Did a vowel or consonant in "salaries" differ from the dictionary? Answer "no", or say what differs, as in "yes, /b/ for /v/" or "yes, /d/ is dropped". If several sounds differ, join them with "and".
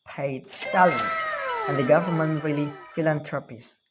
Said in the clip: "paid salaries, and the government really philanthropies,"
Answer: yes, /z/ is dropped